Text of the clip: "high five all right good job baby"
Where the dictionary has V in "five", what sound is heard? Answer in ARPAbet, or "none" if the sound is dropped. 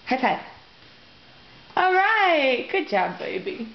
none